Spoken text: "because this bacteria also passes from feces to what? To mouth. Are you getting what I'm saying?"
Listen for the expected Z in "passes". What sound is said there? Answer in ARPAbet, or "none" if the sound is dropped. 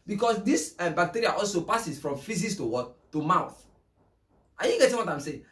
S